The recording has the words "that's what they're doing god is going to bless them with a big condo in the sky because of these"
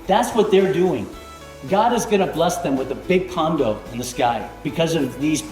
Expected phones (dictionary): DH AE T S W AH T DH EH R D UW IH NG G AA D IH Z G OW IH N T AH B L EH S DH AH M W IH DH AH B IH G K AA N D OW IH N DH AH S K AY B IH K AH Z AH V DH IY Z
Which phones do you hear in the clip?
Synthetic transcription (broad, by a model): DH AE T S W AH T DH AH R D UW IH NG G AA D IH Z G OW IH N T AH B L EH S DH AH M W IH DH AH B IH G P AA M D OW IH N DH AH S K AY B IH K AH Z AH V DH IY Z